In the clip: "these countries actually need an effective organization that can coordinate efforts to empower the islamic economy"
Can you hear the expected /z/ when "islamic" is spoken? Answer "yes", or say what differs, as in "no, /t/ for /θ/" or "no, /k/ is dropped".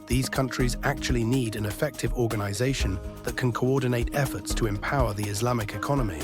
yes